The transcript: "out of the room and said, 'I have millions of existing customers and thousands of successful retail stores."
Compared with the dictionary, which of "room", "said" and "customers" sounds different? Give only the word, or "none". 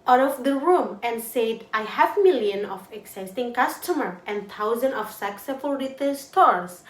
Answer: customers